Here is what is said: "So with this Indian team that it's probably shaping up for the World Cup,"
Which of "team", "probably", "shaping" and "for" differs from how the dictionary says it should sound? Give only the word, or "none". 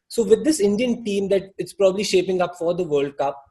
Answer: none